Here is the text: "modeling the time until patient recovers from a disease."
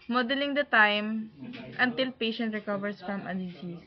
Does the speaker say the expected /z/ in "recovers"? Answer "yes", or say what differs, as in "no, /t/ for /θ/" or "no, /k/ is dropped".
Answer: no, /s/ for /z/